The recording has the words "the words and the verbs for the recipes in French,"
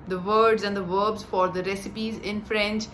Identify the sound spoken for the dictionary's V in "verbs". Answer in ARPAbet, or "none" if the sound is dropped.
V